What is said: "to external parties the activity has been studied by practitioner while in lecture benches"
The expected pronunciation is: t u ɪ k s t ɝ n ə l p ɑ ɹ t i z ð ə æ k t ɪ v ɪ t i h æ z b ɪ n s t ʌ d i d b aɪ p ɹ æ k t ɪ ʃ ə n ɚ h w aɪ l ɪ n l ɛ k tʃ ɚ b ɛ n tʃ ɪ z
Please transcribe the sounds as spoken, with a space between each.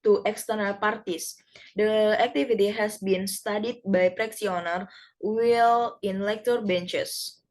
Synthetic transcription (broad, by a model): t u ɪ k s t ɝ n ə l p ɑ ɹ t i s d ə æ k t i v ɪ t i h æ s b ɪ n s t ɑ d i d b aɪ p ɹ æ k s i ə n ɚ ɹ w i l ɪ n l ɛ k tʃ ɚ b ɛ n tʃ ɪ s